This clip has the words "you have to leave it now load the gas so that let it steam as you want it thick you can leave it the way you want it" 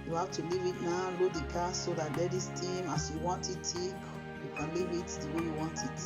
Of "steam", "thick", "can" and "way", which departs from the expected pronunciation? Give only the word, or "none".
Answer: thick